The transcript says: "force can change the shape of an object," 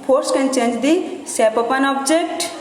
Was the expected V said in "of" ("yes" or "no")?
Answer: no